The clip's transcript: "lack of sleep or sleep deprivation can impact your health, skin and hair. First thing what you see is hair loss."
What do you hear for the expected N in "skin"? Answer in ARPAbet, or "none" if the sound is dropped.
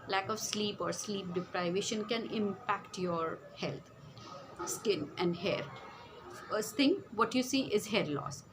N